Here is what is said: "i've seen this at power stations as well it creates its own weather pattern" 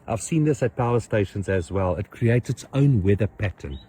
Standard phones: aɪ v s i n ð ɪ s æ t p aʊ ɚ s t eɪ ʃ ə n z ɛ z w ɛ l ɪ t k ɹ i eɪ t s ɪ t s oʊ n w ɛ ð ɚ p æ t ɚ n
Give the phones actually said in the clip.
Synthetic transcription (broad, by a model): aɪ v s i n ð ɪ s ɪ t p aʊ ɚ s t eɪ ʃ ə n z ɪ z w ɛ l ɪ t k ɹ i eɪ t s ɪ t s oʊ n w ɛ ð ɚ p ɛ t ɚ n